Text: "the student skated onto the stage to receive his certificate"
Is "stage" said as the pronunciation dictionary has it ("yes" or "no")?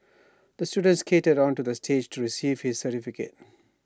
yes